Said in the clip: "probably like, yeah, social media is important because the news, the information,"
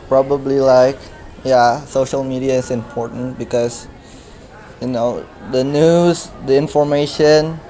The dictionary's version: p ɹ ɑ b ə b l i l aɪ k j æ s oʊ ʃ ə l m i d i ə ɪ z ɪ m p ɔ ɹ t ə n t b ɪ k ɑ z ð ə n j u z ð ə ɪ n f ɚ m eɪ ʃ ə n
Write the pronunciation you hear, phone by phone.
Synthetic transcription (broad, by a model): p ɹ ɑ b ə b l i l aɪ k j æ s oʊ ʃ ə l m i d i ə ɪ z ɪ m p ɔ ɹ t ə n t b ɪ k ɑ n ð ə n j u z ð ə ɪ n f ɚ m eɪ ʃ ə n